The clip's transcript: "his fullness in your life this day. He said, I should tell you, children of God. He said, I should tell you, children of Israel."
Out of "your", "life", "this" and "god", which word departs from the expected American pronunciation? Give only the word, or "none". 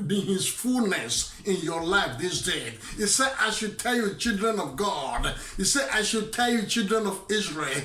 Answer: none